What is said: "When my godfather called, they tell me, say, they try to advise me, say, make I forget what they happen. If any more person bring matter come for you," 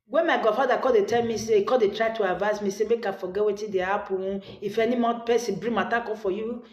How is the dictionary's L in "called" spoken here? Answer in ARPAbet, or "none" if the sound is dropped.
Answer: none